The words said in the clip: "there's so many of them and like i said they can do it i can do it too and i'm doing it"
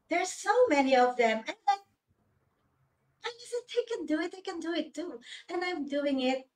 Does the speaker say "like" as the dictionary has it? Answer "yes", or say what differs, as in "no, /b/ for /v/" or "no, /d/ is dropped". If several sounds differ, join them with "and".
no, /k/ is dropped